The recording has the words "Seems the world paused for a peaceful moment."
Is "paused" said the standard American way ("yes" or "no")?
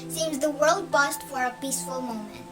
no